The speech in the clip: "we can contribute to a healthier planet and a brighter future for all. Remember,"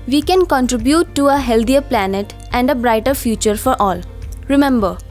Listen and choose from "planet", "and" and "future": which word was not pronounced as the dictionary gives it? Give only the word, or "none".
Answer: none